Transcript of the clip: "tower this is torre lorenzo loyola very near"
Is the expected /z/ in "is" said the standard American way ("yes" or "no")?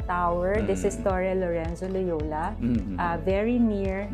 no